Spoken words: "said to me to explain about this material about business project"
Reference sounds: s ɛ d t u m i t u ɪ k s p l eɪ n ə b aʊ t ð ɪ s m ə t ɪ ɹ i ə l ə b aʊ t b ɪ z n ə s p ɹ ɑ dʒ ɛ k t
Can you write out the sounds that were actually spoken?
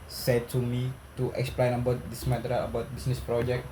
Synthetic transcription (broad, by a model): s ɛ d t u m i t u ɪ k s p l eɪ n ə b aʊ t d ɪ s m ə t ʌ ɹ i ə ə b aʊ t b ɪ s n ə s p ɹ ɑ dʒ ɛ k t